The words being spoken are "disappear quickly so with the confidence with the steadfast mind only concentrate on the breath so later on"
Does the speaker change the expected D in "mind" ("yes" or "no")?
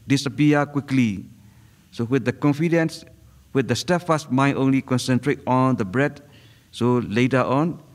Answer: yes